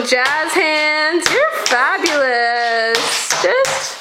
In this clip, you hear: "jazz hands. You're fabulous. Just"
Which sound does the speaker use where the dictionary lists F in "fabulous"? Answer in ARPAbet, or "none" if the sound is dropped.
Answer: F